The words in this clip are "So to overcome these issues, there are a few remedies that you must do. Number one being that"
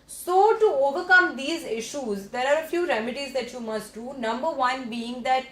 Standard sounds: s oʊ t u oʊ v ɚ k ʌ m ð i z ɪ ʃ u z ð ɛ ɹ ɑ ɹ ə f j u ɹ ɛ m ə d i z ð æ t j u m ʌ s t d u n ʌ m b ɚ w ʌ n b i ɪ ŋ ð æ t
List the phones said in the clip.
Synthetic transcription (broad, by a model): s oʊ t u oʊ v ɚ k ʌ m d i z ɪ ʃ u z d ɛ ɹ ɑ ɹ ə f j u ɹ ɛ m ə d i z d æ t j u m ʌ s t d u n ʌ m b ɚ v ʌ n b i ɪ ŋ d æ t